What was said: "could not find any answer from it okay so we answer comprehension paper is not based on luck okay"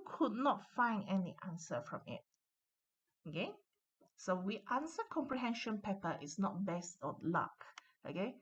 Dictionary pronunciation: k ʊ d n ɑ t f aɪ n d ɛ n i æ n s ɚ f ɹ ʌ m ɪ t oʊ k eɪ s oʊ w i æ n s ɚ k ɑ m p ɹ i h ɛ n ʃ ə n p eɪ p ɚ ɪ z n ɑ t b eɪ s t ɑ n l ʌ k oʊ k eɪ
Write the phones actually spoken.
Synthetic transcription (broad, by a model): k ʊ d n ɑ t f aɪ n d ɛ n i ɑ n s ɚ f ɹ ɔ m ɪ t oʊ k eɪ s oʊ w i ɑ n s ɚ k ɑ m p ɹ i h ɛ n ʃ ə n p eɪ p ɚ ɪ s n ɑ t b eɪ s t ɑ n l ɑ k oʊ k eɪ